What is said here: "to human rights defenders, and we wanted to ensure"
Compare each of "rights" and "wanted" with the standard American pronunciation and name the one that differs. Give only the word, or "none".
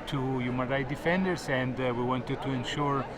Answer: rights